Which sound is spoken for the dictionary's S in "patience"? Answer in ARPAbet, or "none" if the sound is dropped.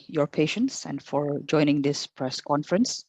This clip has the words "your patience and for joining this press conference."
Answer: S